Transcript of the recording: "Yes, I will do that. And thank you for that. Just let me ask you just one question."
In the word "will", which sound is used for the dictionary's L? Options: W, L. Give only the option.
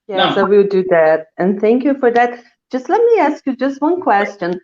W